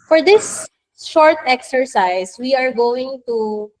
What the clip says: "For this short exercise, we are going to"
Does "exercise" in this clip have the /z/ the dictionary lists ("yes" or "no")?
no